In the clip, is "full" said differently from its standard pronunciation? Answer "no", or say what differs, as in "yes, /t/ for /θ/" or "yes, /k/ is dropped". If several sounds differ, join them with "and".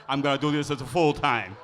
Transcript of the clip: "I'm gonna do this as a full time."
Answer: no